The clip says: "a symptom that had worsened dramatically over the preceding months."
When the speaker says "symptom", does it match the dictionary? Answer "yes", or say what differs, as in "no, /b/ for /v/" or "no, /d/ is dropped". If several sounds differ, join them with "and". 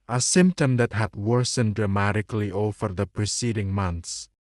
yes